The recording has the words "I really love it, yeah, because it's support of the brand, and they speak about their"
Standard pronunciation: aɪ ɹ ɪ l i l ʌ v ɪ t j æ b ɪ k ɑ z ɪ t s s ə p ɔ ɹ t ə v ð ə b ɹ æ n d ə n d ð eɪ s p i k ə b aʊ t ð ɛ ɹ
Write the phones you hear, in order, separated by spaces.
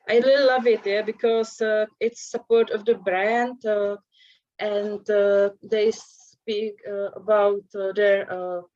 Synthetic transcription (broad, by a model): aɪ l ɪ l l ʌ v ɪ t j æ b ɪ k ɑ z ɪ t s s ə p ɔ ɹ t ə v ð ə b ɹ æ n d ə n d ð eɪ s p i k ə b aʊ t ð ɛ ɹ